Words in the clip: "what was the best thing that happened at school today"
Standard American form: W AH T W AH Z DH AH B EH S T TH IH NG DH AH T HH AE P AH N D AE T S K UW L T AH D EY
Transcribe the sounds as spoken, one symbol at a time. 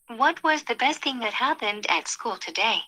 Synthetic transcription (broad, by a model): W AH T W AH Z DH AH B EH S T TH IH NG DH AH T HH AE P AH N D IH T S K UW L T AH D EY